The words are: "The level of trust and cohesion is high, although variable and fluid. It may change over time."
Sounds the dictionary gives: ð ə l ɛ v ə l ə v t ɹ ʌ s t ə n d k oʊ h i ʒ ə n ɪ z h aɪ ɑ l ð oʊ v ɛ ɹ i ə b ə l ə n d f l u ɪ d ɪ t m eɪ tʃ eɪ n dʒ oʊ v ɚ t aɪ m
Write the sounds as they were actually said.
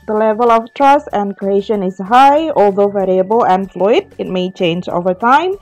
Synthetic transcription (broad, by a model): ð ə l ɛ v ə l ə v t ɹ ʌ s t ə n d k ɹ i ʃ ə n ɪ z h aɪ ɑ l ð oʊ v ɛ ɹ i ə b ə l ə n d f l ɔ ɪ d ɪ t m eɪ tʃ eɪ n dʒ oʊ v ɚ t aɪ m